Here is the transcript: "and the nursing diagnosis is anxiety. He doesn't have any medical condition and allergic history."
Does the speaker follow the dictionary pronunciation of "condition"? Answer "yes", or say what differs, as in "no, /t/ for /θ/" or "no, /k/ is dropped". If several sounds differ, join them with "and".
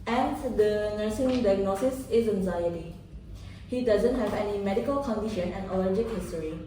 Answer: yes